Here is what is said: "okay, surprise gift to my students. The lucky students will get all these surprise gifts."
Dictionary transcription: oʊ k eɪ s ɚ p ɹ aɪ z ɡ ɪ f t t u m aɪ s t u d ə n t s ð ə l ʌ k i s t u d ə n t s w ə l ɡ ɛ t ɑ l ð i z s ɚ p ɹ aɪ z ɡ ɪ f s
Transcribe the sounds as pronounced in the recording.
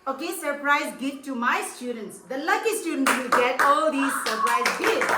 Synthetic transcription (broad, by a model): oʊ k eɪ s ɚ p ɹ aɪ z ɡ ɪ t t u m aɪ s t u d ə n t s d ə l ʌ k i s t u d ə n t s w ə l ɡ ɛ t ɑ l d i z s ɚ p ɹ aɪ z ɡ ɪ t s